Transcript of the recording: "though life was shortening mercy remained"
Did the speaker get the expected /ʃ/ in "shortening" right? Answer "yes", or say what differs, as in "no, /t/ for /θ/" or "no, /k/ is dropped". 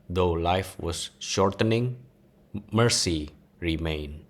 yes